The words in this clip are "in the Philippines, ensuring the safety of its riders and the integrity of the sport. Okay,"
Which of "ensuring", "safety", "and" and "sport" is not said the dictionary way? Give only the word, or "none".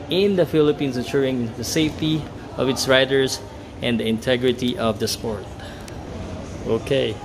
ensuring